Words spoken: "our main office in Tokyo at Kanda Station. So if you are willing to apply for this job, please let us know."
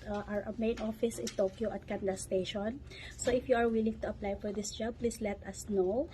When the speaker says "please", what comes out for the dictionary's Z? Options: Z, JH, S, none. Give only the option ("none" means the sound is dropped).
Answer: S